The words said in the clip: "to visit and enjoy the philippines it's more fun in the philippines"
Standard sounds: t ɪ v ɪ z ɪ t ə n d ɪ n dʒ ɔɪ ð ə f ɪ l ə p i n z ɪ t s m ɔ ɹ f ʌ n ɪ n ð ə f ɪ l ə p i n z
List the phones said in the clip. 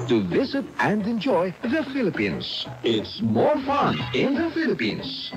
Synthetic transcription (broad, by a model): t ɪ v ɪ z ɪ t ə n d ɪ n dʒ ɔɪ ð ə f ɪ l ə p i n z ɪ t s m ɔ ɹ f ʌ n ɪ n ð ə f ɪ l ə p i n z